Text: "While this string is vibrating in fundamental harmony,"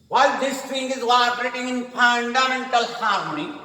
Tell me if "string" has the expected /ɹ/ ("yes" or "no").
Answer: no